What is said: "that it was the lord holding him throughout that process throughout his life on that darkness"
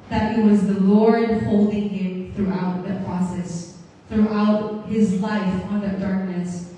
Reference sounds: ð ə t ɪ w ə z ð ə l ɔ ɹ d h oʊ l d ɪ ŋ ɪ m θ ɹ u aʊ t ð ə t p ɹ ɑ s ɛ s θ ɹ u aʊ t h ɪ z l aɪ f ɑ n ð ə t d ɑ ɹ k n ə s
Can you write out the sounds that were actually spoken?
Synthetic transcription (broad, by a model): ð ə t ɪ w ə z ð ə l ɔ ɹ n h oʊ l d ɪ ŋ ɪ m θ ɹ u aʊ t ð ə t p ɹ ɑ s ɛ s θ ɹ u aʊ t h ɪ z l aɪ f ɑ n ð ə t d ɑ ɹ k n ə s